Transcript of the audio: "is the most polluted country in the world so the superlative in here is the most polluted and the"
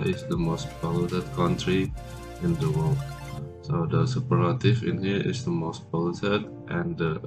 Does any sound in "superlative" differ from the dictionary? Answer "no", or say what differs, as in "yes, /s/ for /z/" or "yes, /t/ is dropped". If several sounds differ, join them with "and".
yes, /l/ is dropped